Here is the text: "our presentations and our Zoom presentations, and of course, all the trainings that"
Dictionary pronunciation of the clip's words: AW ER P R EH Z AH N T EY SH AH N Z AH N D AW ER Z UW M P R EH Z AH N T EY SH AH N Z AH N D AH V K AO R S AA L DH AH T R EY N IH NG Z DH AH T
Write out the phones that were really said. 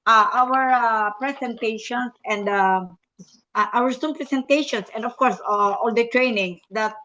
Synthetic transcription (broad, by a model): AW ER P R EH S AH N T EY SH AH N S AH N D AW ER S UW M P R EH S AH N T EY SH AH N S AH N D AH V K AO R S AA L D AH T R EY N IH NG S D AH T